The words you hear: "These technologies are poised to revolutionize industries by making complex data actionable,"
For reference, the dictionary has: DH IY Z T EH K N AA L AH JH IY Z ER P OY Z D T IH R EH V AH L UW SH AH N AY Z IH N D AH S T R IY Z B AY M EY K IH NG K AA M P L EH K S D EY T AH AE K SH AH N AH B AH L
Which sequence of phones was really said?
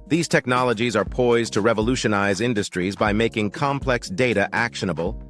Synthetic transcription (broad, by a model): DH IY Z T EH K N AA L AH JH IY Z ER P OY Z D T IH R EH V AH L UW SH AH N AY Z IH N D AH S T R IY Z B AY M EY K IH NG K AA M P L EH K S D EY T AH AE K SH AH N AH B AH L